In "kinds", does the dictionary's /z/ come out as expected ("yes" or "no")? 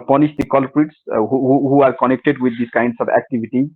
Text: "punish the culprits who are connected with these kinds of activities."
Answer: no